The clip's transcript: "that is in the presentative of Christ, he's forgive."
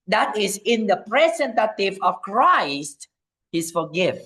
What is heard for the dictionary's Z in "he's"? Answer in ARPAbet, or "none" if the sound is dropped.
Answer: S